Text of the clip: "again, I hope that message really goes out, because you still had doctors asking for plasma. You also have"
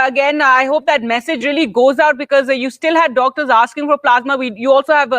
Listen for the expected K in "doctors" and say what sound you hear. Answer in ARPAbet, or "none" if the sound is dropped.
K